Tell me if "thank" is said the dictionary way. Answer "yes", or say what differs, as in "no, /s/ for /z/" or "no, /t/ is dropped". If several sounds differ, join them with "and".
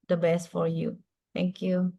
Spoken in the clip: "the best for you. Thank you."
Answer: no, /t/ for /θ/